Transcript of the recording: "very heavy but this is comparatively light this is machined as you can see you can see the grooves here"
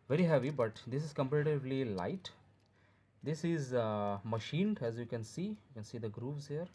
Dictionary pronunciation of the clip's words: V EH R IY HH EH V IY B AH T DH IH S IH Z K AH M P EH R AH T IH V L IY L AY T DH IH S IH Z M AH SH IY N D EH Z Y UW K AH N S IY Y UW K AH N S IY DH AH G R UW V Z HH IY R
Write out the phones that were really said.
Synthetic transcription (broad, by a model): V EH R IY HH EH V IY B AH T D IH S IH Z K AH M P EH R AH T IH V L IY L AY T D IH S IH Z M AH SH IY N D EH Z Y UW K AH N S IY Y UW K AH N S IY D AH G R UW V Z HH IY R